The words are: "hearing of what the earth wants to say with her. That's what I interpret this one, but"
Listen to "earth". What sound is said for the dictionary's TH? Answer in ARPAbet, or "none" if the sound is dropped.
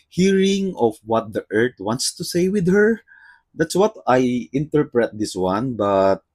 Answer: T